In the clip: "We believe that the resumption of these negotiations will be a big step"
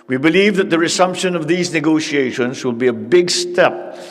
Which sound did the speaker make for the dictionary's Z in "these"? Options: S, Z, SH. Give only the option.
Z